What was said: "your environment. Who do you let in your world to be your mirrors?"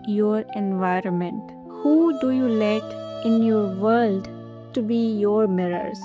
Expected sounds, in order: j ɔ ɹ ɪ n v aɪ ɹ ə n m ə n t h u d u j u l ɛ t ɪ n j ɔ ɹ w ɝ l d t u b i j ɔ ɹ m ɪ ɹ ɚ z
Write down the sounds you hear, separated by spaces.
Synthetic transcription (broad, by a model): j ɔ ɹ ɪ n v aɪ ɹ ə n m ə n t h u d u j u l ɛ t ɪ n j ɔ ɹ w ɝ l d t u b i j ɔ ɹ m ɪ ɹ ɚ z